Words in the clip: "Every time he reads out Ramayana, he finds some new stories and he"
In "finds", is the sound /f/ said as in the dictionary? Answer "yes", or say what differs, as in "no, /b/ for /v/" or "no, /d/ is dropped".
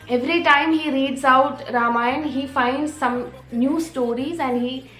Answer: yes